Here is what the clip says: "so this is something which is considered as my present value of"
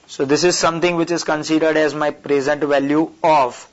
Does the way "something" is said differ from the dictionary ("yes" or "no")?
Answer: yes